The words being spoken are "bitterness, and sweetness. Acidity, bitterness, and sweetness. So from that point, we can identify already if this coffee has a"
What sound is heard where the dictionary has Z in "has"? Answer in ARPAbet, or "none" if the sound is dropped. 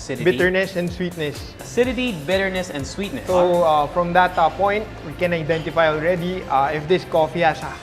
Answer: S